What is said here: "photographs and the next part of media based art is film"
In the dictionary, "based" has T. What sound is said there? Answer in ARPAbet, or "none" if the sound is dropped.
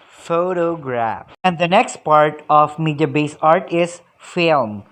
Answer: none